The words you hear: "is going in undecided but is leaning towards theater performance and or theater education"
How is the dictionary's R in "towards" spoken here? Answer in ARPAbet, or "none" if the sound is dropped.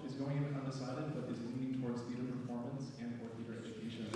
R